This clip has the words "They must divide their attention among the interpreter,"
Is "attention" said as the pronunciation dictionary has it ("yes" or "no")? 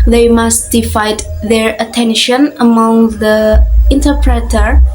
yes